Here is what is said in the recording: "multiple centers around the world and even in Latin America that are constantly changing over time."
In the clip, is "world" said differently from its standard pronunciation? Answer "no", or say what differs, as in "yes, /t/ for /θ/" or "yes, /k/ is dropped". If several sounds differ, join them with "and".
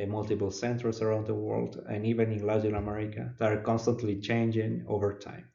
no